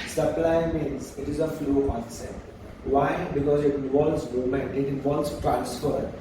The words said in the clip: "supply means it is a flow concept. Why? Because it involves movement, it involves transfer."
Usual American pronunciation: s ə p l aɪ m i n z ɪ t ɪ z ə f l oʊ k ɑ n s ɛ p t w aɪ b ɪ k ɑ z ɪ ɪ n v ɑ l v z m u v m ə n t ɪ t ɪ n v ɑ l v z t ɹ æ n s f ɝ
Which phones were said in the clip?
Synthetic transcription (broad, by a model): s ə p l aɪ m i n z ɪ t ɪ z ə f l oʊ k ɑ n s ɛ t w aɪ b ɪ k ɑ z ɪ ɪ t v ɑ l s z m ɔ m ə n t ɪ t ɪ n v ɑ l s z t ɹ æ n s f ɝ